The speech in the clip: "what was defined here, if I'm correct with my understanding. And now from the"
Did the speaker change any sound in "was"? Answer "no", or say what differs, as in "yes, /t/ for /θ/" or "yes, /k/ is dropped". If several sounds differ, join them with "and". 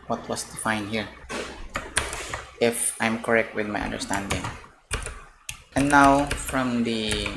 yes, /s/ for /z/